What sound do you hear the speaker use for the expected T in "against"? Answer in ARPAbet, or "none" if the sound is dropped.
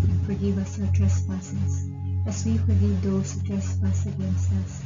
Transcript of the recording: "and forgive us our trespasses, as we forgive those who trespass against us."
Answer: none